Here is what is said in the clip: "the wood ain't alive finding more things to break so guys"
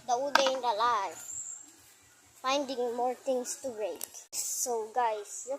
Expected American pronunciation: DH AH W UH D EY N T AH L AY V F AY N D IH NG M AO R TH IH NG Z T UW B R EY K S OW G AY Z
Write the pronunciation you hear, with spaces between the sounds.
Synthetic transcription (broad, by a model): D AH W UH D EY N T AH L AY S F AY N D IH NG M AO R T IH NG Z T UW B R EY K S OW G AY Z